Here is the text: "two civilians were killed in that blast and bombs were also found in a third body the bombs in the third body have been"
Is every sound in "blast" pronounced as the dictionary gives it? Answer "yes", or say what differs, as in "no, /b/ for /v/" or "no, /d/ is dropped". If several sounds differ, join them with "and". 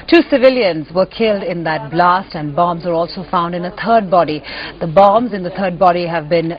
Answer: yes